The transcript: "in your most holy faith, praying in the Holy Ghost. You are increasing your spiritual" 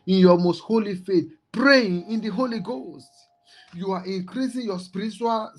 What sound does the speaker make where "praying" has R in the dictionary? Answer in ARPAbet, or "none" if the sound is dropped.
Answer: R